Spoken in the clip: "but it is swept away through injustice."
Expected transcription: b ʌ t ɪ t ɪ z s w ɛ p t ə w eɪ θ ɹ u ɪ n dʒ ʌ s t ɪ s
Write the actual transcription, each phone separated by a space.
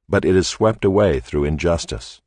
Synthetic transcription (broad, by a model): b ʌ t ɪ t ɪ z s w ɛ p t ə w eɪ θ ɹ u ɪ n dʒ ʌ s t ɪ s